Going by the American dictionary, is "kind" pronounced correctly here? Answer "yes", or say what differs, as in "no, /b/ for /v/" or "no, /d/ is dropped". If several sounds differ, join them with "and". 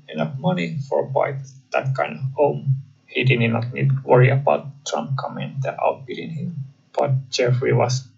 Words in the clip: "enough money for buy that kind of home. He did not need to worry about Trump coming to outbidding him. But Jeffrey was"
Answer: yes